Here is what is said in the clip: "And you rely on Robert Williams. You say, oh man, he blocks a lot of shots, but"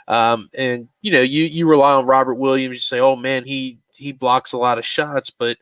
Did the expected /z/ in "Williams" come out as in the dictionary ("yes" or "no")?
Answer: yes